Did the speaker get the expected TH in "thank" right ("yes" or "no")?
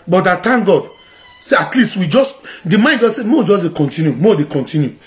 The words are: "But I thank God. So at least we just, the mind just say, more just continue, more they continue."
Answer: no